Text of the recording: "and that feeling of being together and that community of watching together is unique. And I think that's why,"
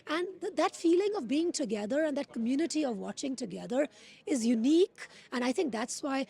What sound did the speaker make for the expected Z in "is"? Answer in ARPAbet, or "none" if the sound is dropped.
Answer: Z